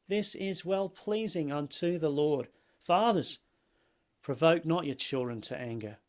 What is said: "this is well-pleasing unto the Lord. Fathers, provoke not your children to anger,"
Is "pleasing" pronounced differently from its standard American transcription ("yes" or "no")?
no